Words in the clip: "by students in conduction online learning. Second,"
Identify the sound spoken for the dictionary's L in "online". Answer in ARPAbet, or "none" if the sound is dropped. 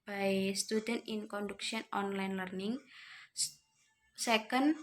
L